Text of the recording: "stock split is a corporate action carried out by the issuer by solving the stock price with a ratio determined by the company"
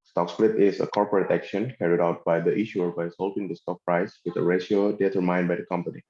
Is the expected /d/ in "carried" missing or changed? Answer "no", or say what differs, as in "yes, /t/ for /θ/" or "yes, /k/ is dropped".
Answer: no